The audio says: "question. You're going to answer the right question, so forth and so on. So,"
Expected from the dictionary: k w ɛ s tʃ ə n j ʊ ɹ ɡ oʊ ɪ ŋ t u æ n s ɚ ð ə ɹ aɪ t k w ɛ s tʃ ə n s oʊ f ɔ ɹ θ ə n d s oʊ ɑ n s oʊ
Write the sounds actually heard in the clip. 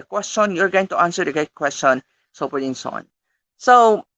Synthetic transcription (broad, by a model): k w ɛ s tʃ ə n j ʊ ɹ ɡ oʊ ɪ ŋ t u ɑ n s ɚ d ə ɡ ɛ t k w ɛ s tʃ ə n s oʊ p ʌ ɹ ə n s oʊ ɑ n s oʊ